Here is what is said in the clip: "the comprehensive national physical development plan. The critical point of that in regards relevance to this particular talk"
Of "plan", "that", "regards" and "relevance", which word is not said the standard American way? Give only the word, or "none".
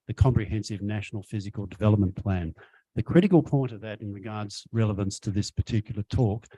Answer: none